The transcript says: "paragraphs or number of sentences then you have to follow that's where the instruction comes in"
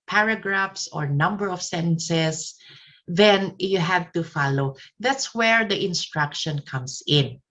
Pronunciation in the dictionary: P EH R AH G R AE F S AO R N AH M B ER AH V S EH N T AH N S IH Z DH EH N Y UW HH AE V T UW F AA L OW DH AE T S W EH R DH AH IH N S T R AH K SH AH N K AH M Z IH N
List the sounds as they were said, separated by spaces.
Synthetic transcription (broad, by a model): P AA R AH G R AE F S AO R N AH M B ER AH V S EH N S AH S DH EH N Y UW HH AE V T UW F AA L OW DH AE T S W EH R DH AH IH N S T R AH K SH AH N K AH M S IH N